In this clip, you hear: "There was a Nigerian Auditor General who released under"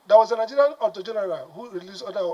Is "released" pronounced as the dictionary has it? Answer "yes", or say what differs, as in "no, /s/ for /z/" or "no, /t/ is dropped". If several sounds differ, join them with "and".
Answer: no, /t/ is dropped